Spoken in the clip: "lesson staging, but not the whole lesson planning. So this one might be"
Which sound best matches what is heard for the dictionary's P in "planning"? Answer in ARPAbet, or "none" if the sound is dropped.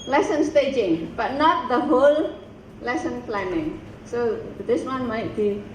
F